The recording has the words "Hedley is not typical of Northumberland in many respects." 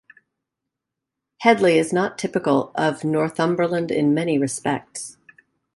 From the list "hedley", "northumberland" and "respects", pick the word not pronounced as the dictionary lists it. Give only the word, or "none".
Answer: none